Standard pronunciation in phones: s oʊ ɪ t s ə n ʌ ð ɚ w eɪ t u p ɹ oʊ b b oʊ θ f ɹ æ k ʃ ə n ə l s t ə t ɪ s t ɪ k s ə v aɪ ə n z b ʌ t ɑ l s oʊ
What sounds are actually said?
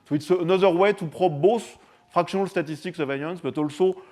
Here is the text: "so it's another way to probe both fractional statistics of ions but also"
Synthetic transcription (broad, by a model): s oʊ ɪ t s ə n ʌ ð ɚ w eɪ t u p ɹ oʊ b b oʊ s f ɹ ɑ k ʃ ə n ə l s t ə t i s t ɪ k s ə v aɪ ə n s b ʌ t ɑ l s oʊ